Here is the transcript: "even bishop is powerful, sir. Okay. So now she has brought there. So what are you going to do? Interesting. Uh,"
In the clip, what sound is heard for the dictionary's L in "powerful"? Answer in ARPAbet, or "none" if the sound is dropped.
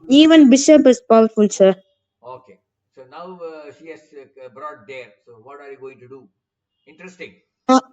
N